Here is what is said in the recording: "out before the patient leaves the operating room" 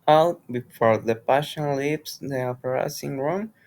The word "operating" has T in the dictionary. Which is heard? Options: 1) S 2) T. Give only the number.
1